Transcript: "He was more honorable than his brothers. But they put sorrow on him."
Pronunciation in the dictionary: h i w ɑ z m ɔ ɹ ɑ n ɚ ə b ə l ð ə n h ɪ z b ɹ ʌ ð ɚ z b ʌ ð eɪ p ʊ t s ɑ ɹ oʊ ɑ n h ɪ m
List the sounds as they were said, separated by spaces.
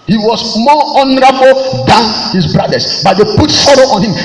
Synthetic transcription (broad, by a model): h i w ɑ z m ɔ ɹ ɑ n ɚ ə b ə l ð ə n h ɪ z b ɹ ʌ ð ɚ s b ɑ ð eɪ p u t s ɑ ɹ oʊ ɑ n h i m